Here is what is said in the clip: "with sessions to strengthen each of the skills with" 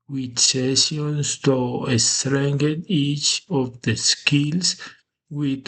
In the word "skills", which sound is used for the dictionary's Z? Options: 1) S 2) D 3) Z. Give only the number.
1